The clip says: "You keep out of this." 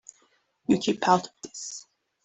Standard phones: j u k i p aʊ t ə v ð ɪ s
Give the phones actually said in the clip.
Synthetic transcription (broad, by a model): j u k i p aʊ t ə v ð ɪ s